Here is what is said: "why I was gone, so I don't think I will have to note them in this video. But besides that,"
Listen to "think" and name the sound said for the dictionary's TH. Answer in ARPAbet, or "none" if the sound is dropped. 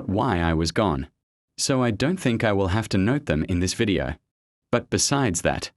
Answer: TH